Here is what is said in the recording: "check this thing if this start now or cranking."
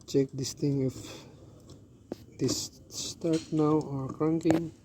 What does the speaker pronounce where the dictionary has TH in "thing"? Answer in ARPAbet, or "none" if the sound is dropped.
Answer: T